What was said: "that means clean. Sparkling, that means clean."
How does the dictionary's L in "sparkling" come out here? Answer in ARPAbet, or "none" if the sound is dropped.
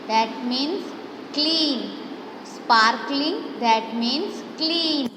L